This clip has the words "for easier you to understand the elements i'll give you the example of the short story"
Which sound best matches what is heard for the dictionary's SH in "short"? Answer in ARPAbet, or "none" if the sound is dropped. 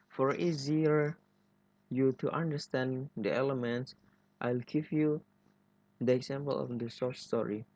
S